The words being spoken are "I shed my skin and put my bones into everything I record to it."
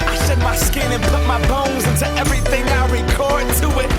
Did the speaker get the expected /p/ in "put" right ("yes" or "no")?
yes